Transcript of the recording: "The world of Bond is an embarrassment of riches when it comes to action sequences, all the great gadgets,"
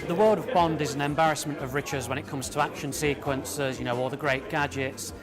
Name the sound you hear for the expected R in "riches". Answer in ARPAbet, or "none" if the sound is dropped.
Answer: R